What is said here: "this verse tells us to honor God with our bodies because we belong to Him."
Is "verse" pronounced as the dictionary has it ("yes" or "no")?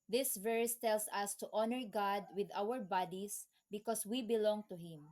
yes